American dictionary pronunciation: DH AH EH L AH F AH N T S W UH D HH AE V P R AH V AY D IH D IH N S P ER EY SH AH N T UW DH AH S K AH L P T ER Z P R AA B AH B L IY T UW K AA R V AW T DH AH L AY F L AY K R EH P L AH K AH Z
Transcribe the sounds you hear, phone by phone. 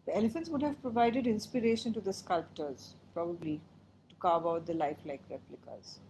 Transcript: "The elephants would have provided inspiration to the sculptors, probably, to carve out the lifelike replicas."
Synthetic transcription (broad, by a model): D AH EH L AH F AH N T S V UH D HH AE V P R AH V AY D IH D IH N S P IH EY SH AH N T UW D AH S K AH L P T ER Z P R AA B AH B L IY T UW K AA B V AW T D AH L AY F L AY K R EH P L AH K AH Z